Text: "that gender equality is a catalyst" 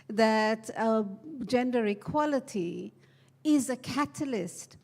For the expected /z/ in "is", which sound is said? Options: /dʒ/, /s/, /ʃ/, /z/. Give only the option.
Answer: /z/